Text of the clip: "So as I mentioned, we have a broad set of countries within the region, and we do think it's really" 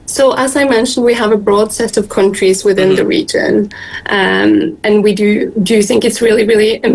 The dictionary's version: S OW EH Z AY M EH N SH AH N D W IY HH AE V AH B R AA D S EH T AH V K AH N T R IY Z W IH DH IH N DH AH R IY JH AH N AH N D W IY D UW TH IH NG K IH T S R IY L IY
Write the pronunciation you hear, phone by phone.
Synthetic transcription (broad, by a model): S OW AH Z AY M EH N SH AH N D W IY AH V AH B R AA D S EH T AH V K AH N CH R IY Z W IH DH IH N DH AH R IY JH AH N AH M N W IY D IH TH IH NG K IH T S R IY L IY